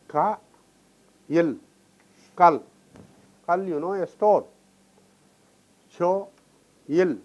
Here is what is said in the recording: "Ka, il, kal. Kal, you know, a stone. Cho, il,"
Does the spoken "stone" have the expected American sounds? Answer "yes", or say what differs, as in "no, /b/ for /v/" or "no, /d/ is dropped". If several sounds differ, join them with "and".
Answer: no, /l/ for /n/